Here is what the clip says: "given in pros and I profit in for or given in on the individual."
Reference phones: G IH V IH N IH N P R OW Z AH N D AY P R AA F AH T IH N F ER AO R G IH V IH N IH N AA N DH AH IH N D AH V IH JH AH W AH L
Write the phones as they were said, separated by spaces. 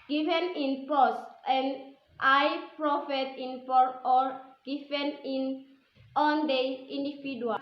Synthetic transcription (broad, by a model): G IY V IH N IH N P OW S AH N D AY P R AA F AH T IH N P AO AO R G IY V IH N IH N AA N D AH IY N D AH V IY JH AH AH